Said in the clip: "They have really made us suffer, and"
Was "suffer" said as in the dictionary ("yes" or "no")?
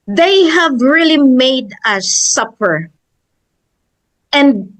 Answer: no